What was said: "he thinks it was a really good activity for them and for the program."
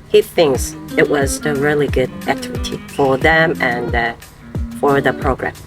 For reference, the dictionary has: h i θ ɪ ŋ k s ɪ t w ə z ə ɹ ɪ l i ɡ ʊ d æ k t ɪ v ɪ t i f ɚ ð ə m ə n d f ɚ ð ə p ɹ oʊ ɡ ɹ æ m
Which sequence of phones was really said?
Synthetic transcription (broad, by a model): h i θ ɪ ŋ k s ɪ t w ə z ə ɹ ɪ l i ɡ ʊ d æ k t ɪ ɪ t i f ɚ ð ə m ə n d f ɚ ð ə p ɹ oʊ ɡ ɹ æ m